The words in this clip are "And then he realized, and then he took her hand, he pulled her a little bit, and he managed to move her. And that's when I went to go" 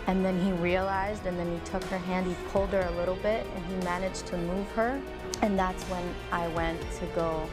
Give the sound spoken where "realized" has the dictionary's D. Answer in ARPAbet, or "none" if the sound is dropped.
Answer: D